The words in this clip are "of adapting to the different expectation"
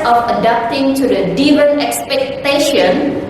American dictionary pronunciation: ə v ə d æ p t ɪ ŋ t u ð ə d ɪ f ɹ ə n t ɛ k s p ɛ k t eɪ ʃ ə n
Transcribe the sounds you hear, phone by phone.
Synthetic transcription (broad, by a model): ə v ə d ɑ p t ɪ ŋ t u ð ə d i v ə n ɛ k s p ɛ k t eɪ ʃ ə n